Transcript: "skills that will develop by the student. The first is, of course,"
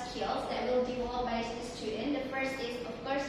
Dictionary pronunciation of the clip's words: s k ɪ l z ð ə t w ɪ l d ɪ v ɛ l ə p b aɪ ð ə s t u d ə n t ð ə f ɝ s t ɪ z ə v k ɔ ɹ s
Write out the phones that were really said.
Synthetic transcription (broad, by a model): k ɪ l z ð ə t w ɪ l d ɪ ɔ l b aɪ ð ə s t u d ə n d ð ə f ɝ s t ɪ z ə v k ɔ ɹ s